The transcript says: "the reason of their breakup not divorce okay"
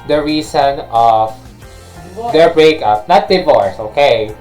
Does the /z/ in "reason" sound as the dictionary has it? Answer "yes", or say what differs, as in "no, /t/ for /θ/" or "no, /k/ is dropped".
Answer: no, /s/ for /z/